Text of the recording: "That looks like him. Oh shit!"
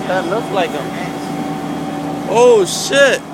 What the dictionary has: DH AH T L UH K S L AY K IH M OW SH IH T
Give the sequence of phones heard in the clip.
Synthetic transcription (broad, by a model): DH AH T L UH K S L AY K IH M OW SH IH T